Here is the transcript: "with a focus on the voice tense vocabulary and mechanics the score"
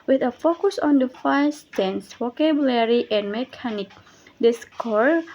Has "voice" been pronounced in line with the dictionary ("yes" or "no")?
no